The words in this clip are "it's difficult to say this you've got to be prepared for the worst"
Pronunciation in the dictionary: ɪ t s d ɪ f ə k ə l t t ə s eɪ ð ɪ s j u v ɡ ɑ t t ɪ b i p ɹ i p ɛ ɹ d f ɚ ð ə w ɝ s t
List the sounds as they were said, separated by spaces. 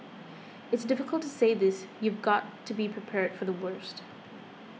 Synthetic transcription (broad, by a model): ɪ t s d ɪ f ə k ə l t t ə s eɪ ð ɪ s j u v ɡ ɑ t t ɪ b i p ɹ i p ɛ ɹ d f ɚ ð ə w ɝ s t